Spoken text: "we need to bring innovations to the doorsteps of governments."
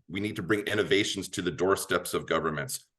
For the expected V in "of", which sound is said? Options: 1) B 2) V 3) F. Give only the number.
2